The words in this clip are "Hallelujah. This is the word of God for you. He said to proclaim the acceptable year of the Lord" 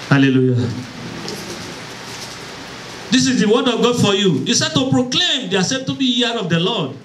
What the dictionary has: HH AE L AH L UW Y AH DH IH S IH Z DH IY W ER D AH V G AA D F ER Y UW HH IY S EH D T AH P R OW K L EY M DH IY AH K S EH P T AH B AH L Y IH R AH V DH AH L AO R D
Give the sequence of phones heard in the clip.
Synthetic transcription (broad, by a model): HH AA L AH L UW Y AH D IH S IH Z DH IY W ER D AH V G AA D F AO Y UW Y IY S EH D T AH P R OW K L EY M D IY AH S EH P T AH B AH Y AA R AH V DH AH L AO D